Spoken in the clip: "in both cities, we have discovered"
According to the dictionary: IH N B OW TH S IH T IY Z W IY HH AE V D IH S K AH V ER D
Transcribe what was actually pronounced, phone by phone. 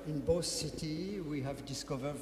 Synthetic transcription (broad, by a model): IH N B OW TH S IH T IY W IY HH AE V D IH S K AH V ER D